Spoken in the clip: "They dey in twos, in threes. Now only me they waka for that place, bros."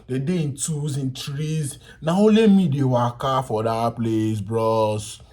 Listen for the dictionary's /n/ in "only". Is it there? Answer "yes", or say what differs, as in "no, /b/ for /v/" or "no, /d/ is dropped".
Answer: no, /n/ is dropped